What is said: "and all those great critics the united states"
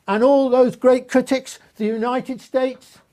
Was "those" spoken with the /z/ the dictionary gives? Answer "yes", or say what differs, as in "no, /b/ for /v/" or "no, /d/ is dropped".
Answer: yes